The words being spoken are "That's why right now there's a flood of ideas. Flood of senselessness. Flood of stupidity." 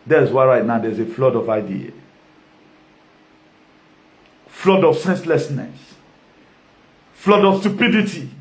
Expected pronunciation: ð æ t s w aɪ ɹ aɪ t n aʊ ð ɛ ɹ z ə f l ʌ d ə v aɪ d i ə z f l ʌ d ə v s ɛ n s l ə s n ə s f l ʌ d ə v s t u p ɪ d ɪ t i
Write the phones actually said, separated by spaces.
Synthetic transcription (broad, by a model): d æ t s w aɪ ɹ aɪ t n aʊ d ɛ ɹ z ə f l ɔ d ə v aɪ d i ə f l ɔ d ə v s ɛ n s l ə s n ə s f l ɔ d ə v s t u p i d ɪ t i